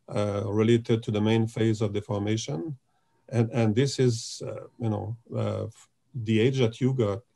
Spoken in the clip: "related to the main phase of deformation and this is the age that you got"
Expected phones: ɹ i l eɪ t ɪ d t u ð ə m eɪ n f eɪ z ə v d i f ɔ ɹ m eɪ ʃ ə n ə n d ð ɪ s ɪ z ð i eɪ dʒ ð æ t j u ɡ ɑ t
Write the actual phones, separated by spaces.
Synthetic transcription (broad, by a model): ɹ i l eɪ t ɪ d t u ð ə m eɪ n f eɪ z ə v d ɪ f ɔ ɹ m eɪ ʃ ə n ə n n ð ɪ s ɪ z ð i eɪ dʒ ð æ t j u ɡ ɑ t